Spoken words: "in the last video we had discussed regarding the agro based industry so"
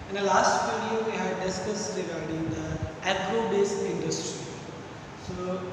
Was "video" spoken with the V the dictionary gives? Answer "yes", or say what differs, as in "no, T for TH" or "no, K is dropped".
no, F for V